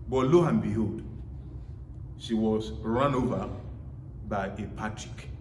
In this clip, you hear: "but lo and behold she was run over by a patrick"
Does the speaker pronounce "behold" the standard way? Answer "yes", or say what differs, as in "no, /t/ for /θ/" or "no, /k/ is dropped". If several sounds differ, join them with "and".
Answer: no, /l/ is dropped